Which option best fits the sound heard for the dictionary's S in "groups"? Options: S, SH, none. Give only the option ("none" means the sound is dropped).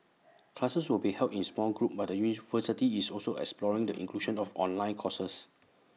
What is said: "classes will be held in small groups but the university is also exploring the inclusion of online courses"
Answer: none